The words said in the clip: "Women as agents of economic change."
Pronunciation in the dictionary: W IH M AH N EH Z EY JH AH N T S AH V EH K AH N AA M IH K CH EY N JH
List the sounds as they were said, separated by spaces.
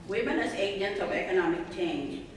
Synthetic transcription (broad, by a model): W IH M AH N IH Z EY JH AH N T AH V EH K AH N AA M IH K CH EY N